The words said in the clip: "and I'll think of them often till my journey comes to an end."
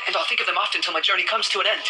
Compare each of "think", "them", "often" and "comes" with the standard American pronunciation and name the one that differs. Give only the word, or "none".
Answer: none